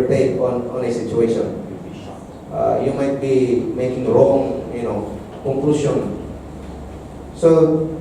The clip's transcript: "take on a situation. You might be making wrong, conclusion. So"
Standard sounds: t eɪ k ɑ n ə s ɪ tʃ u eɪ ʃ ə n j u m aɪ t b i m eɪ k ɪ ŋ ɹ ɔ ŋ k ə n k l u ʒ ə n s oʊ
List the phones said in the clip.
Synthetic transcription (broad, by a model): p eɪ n ɑ n ə s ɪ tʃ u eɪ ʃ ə n j u m aɪ t b i m eɪ k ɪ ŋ ɹ ɔ ŋ k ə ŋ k l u s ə n s oʊ